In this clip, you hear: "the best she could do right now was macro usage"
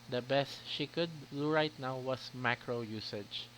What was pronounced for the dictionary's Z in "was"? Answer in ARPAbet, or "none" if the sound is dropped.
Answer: S